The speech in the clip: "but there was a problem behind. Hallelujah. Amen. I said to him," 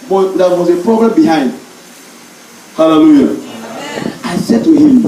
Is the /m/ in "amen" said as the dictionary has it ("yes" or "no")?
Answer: no